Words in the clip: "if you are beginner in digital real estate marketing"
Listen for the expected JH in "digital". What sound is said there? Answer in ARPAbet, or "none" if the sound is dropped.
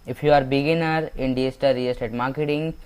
none